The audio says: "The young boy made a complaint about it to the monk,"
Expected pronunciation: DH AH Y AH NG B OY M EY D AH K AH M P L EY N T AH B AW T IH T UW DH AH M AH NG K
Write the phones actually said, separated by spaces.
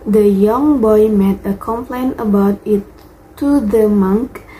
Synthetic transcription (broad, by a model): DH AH Y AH NG B OY M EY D AH K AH M P L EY N AH B AW T IH T UW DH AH M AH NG K